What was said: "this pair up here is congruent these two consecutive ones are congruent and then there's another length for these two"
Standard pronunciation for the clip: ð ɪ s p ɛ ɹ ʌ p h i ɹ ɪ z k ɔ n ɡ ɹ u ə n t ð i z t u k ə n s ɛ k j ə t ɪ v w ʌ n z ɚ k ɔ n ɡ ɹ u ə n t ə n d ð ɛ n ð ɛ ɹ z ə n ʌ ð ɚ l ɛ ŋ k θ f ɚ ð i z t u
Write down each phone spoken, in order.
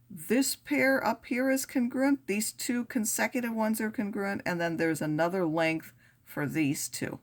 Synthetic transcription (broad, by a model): ð ɪ s p ɛ ɹ ʌ p h i ɹ ɪ z k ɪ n ɡ ɹ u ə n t ð i z t u k ə n s ɛ k j ə t ɪ v w ʌ n z ɚ k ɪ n ɡ ɹ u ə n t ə n ð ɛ n ð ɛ ɹ z ə n ʌ ð ɚ l ɛ ŋ k θ f ɚ ð i z t u